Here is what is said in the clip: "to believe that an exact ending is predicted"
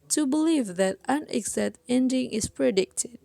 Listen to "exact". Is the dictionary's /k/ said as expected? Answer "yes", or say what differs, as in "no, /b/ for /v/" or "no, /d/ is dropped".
no, /k/ is dropped